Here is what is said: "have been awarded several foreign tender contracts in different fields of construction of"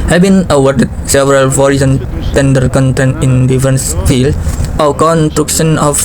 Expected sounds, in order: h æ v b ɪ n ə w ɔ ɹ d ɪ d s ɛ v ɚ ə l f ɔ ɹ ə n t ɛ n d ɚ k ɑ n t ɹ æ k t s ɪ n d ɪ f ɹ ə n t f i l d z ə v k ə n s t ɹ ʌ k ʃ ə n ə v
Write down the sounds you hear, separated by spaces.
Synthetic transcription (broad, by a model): h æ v b ɪ n ə w ɔ ɹ d ɪ d s ɛ v ɚ ə l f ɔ ɹ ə n t ɛ n d ɚ k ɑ n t ɛ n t ɪ n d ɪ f ɹ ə n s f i l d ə w k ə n s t ɹ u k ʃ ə n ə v